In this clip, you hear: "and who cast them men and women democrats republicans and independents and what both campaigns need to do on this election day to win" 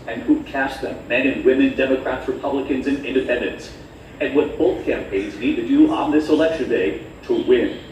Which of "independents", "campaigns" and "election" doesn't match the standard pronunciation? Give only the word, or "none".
none